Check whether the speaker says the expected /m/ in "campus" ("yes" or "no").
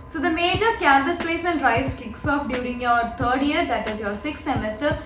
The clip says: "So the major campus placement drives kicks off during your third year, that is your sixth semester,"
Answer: yes